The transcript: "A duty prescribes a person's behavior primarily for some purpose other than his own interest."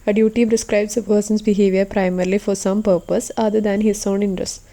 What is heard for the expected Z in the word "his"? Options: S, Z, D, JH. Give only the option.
S